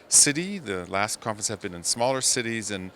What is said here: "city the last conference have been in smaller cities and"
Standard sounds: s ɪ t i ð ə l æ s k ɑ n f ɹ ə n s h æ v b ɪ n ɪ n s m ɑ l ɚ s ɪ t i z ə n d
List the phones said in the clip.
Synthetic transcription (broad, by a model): s ɪ t i ð ə l æ s k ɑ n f ə n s h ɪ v b ɪ n ɪ n s m ɑ l ɚ s ɪ t i z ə n